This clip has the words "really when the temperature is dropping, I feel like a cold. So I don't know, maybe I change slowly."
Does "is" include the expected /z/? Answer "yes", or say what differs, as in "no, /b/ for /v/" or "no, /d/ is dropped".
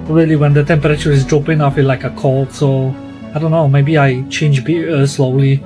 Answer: yes